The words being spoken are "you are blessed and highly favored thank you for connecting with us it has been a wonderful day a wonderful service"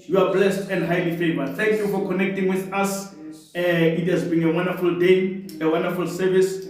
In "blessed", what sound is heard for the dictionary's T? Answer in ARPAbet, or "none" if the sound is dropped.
T